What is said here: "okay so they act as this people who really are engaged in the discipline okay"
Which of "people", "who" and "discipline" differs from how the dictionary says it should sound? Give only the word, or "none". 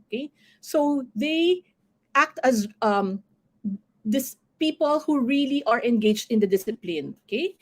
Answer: none